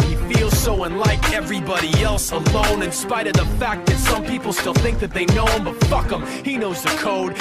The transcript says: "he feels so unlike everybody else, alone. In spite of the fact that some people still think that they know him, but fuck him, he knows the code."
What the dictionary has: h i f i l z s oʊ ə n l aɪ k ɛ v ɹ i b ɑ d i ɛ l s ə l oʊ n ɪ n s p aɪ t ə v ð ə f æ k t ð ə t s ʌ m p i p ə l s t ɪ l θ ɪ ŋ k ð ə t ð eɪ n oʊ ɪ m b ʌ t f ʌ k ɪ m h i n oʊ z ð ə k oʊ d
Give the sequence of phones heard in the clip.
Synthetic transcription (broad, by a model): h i f i l z s oʊ ə n l aɪ k ɛ v ɹ i b ɑ d i ɛ l s ə l oʊ n ɪ n s p aɪ t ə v ð ə f æ k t ð ə t s ʌ m p i p l s t ɪ l θ ɪ ŋ k ð ə t ð eɪ n oʊ ɪ m b ʌ t f ʌ k ɪ m h i n oʊ z ð ə k oʊ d